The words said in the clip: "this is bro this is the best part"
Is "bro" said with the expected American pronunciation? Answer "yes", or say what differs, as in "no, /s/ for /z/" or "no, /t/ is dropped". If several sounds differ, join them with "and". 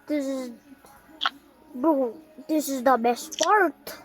no, /ɹ/ is dropped